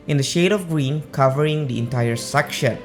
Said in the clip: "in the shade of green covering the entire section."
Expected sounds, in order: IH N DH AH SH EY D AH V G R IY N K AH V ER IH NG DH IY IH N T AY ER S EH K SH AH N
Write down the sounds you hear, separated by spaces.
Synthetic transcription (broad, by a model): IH N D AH SH EY D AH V G R IY N K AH V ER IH NG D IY IH N T AY ER S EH K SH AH N